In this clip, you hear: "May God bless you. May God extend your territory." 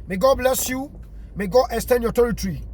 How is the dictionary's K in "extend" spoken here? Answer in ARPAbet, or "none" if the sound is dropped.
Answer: none